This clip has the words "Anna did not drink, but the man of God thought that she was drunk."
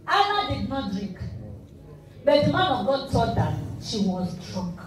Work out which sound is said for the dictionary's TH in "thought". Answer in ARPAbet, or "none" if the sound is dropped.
T